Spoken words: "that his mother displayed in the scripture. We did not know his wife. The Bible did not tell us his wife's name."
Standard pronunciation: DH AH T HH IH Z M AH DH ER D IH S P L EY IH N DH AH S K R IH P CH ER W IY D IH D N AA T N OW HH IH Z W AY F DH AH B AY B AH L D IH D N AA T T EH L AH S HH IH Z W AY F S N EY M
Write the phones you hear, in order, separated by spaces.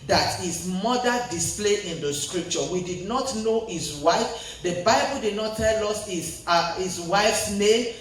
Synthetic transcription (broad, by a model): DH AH T HH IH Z M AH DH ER D IH S P L EY IH N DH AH S K R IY P CH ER W IY D IH D N AA T N OW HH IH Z W AY F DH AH B AY B AH L D IH D N AA T T EH L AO S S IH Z W AY F S N EY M